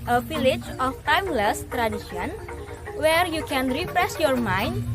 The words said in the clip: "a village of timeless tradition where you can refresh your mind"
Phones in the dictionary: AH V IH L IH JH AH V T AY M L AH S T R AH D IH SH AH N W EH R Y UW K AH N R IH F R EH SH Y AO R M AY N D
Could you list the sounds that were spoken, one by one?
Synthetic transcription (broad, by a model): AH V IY L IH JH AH F T AY M L AH S T R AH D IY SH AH N W EH R Y UW K AH N R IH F R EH S Y AO R M AY N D